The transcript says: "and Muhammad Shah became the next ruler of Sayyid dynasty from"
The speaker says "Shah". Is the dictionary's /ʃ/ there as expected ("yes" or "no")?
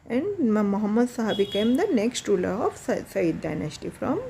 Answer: no